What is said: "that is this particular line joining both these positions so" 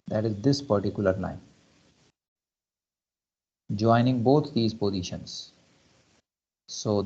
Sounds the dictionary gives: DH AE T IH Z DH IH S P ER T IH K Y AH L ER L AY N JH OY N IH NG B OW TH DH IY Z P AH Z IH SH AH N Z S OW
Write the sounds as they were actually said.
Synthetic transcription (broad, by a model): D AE T IH Z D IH S P ER T IH K Y AH L ER N AY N JH OY N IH NG B OW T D IY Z P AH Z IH SH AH N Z S OW